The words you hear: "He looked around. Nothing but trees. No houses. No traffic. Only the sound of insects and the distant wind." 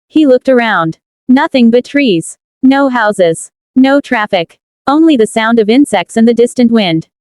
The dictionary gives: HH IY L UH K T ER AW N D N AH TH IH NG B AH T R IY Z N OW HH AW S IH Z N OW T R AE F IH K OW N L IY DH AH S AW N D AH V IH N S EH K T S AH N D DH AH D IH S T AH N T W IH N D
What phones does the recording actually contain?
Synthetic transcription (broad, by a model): HH IY L UH K T ER AW N D N AH TH IH NG B AH T R IY Z N OW HH AW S IH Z N OW T R AE F IH K OW N L IY DH AH S AW N D AH V IH N S EH K T S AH N DH AH D IH S T AH N T W IH N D